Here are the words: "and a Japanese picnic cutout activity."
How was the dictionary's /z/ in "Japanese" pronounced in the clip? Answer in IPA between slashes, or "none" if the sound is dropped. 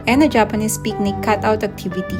/s/